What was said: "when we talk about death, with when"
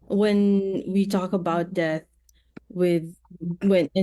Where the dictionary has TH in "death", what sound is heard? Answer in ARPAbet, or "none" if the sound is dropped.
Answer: TH